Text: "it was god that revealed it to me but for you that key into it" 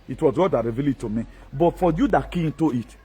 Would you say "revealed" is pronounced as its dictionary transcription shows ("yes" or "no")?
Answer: no